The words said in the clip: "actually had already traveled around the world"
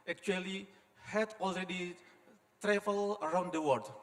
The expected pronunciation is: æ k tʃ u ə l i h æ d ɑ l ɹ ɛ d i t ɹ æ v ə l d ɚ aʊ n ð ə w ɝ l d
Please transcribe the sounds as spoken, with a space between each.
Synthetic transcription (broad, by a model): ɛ k tʃ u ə l i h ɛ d ɑ l ɹ ɛ d i t ɹ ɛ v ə l ɚ aʊ n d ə w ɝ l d